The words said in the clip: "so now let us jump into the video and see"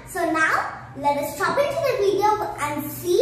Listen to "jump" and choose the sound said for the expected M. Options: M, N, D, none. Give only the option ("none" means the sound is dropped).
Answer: none